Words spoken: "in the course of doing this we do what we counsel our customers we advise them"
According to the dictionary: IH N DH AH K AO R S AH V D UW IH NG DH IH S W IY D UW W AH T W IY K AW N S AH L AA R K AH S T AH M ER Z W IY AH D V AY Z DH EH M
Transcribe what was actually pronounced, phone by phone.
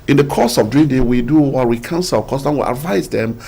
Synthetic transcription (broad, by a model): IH N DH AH K AO S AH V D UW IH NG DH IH W IY D UW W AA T W IY K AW N S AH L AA K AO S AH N W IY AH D V AY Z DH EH M